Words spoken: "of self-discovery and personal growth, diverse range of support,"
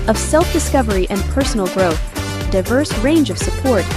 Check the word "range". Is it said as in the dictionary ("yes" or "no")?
yes